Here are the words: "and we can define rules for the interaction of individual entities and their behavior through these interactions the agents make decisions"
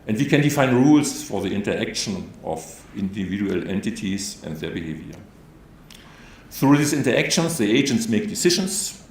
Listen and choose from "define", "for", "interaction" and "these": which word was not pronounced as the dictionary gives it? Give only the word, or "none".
these